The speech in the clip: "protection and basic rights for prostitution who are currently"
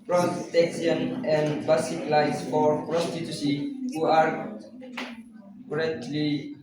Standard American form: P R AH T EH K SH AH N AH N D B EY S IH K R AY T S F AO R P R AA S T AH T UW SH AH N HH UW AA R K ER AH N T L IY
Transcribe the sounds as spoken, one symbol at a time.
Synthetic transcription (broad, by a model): P R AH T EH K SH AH N AH N D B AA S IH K L AY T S F AO R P R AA S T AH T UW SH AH HH UW AA R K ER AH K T L IY